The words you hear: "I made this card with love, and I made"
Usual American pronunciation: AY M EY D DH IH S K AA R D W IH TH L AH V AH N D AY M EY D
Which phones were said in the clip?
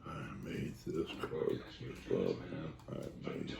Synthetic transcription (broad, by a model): AY M EY D DH IH S K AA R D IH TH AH AH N AY M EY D